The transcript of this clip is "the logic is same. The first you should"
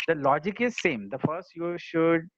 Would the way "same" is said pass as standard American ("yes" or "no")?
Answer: yes